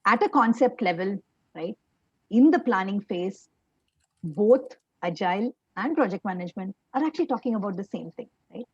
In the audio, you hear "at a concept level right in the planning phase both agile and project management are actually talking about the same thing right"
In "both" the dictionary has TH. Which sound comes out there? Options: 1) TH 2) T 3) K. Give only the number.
2